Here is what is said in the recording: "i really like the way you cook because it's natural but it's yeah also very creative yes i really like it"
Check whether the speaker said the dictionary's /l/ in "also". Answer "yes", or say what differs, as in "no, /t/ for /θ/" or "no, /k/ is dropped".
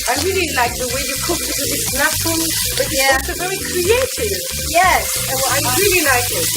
no, /l/ is dropped